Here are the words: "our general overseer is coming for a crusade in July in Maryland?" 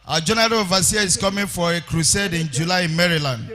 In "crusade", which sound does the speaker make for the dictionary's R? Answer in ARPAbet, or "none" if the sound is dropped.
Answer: R